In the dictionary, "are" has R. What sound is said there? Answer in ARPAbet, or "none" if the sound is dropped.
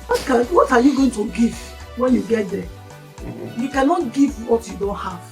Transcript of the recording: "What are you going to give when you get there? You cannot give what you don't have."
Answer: W